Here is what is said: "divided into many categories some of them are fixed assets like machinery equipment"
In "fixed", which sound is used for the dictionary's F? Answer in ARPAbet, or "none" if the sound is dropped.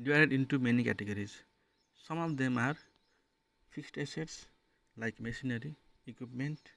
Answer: P